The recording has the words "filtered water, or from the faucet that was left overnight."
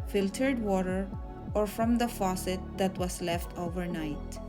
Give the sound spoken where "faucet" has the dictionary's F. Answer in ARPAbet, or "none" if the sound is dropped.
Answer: F